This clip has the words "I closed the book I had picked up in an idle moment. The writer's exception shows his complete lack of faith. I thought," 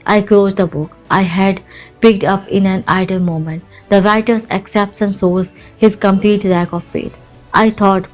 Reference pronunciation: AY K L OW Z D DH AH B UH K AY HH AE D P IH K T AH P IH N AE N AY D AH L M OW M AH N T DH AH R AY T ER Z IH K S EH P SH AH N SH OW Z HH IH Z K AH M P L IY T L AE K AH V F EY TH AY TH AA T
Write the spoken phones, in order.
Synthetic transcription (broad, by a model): AY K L OW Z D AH B UH K AY HH AE D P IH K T AH P IH N AE N AY D AH L M OW M AH N T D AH R AY T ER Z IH K S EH P S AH N S OW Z HH IH Z K AH M P L IY T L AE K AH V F EY T AY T AA T